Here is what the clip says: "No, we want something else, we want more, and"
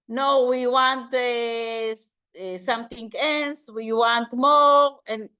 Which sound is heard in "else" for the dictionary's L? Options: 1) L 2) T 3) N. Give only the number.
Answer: 3